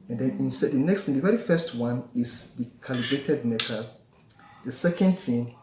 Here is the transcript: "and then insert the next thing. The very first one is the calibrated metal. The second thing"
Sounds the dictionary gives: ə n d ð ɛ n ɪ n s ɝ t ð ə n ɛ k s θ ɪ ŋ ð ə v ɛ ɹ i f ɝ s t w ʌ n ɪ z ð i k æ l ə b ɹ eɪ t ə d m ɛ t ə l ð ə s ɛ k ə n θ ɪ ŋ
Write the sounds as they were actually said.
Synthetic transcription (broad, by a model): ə n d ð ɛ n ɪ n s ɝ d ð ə n ɛ k s t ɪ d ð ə v ɛ ɹ i f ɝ s t w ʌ n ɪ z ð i k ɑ l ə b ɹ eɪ t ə d m ɛ t ə l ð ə s ɛ k ə n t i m